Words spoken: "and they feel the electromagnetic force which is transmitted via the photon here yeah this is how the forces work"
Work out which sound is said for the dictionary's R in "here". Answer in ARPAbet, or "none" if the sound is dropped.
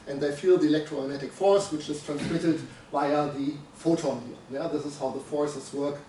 L